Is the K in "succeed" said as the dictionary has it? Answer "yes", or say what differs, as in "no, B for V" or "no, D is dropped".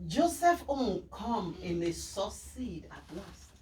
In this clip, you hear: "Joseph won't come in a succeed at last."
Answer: no, K is dropped